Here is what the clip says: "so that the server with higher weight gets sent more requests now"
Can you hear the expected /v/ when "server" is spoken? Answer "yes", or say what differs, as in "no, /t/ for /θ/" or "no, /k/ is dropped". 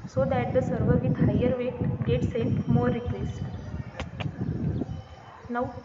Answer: yes